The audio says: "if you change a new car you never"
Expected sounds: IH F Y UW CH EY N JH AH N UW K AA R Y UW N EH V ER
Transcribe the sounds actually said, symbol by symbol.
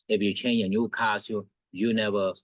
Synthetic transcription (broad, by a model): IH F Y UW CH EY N AH N UW K AA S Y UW N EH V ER